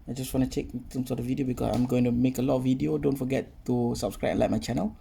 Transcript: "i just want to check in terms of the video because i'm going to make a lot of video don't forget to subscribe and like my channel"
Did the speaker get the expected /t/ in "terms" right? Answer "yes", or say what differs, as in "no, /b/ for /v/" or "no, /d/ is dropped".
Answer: no, /s/ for /t/